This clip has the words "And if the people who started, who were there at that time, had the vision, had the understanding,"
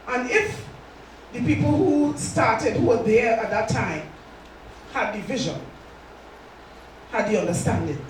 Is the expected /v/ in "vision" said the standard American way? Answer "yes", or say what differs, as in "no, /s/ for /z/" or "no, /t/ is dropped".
yes